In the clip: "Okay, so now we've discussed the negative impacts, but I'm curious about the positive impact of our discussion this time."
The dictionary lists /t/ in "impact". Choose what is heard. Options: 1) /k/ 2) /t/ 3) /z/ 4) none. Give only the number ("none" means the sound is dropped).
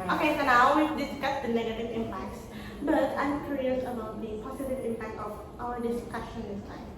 2